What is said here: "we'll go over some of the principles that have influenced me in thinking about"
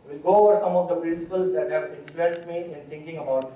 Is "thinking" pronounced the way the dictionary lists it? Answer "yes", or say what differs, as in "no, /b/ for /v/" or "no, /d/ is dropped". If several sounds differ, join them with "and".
no, /t/ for /θ/